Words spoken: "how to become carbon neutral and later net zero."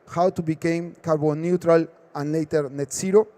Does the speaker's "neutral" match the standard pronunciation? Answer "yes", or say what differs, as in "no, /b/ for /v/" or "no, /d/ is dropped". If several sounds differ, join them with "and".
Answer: yes